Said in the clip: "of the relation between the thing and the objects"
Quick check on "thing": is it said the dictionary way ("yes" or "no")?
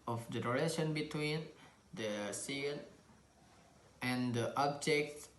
no